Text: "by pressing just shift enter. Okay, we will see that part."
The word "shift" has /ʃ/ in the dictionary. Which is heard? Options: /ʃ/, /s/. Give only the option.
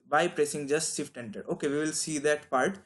/s/